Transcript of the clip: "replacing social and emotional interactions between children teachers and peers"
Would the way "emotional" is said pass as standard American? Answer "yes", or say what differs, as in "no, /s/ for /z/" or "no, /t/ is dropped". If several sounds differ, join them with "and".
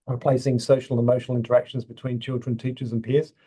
yes